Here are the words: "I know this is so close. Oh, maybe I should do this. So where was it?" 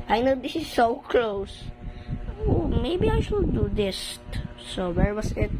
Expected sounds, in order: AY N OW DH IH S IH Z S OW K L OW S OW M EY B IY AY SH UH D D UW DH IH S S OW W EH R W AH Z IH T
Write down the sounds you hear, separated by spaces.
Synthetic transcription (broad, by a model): AY N OW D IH S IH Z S OW K L OW S OW M EY B IY AY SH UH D D UW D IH S S OW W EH R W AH S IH T